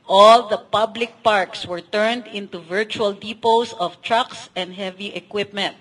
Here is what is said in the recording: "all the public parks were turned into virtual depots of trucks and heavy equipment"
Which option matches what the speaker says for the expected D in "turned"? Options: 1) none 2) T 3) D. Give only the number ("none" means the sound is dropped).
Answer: 3